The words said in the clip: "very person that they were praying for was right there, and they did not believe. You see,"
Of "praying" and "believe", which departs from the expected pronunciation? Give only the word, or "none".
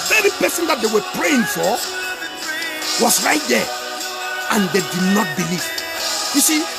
none